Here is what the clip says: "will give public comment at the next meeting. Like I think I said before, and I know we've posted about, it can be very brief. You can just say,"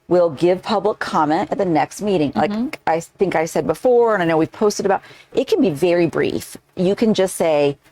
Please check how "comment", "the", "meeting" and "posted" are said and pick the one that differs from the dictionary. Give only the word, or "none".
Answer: none